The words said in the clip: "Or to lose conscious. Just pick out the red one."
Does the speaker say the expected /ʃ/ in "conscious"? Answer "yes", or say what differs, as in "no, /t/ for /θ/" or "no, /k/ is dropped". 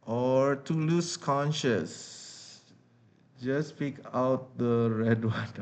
yes